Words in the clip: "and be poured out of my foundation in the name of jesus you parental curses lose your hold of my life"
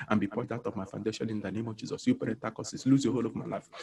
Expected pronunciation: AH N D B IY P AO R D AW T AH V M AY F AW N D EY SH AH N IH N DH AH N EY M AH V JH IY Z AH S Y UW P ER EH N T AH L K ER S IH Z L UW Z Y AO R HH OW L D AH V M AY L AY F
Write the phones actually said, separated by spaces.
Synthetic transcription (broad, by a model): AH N B IY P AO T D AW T AH V M AY F AW N D EY SH AH N IH N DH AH N EY M AH V JH IY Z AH S Y UW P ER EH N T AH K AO S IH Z L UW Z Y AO HH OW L AH V M AY L AY F